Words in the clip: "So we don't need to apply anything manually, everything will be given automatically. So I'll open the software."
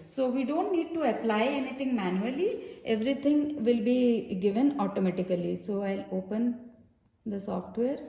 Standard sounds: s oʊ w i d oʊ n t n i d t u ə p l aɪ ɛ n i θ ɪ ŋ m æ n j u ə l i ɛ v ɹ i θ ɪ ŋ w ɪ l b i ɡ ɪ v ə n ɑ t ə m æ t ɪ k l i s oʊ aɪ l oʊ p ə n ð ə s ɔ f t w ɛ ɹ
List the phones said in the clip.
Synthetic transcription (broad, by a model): s oʊ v i d oʊ n t n i d t u ə p l aɪ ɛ n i t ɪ ŋ m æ n j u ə l i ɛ v ɹ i t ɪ ŋ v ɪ l b i ɡ ɪ v ə n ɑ t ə m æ t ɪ k l i s oʊ aɪ l oʊ p ə n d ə s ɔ f t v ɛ ɹ